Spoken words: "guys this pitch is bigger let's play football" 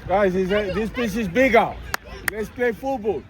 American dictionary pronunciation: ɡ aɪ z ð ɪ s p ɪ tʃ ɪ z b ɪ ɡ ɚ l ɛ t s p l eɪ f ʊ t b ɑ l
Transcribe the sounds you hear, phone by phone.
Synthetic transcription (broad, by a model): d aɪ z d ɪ s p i s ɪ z b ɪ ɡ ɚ l ɛ t s p l eɪ f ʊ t b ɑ l